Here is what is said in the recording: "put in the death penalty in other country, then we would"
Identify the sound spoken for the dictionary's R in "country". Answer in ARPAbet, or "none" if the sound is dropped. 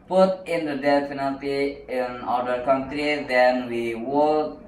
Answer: R